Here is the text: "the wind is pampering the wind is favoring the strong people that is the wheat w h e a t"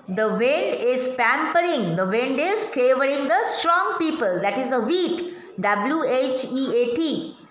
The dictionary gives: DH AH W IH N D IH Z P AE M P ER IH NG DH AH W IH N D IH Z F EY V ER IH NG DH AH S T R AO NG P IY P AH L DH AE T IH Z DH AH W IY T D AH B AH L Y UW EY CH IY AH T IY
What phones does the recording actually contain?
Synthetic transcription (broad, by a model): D AH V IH N D IH Z P AE M P ER IH NG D AH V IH N D IH Z F EY V ER IH NG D AH S T R AO NG P IY P AH L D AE T IH Z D AH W IY T D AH B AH L Y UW EY CH IY AH T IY